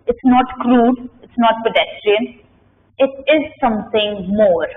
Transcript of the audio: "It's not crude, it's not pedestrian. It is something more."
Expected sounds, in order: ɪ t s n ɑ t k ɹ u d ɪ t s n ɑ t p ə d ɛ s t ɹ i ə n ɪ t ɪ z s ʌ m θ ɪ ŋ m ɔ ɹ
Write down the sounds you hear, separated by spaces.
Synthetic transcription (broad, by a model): ɪ t s n ɑ t k ɹ u d ɪ t s n ɑ t p ə d ɛ s t ɹ i ə n ɪ t ɪ z s ʌ m t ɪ ŋ m ɔ ɹ